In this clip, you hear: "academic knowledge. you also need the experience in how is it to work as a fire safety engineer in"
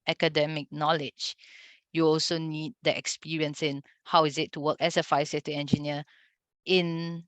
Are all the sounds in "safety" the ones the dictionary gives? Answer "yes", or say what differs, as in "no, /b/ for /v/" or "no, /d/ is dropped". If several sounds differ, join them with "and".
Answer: no, /f/ is dropped